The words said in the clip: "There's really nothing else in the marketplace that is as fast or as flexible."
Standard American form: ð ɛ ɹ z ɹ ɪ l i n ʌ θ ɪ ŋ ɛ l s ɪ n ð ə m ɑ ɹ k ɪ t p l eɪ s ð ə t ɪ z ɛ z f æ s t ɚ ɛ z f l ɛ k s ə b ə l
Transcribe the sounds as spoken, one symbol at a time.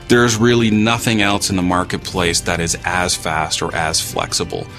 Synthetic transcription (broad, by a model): ð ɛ ɹ z ɹ ɪ l i n ʌ θ ɪ ŋ ɛ l s ɪ n ð ə m ɑ ɹ k ɪ t p l eɪ s ð ə t ɪ z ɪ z f æ s t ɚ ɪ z f l ɛ k s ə b l